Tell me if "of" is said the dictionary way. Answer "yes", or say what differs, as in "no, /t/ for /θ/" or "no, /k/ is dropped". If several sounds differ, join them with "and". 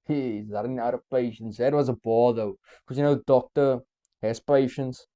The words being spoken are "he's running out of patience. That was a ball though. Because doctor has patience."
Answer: no, /p/ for /v/